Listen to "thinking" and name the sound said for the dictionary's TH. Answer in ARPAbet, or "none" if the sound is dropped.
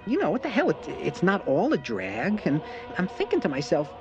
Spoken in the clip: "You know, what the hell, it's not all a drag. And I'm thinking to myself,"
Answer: TH